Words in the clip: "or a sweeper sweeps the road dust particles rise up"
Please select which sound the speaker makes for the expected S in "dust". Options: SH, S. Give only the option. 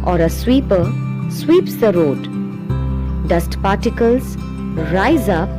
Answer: S